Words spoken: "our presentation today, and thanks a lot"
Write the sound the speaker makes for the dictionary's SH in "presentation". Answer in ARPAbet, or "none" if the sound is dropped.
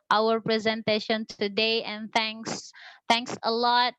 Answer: SH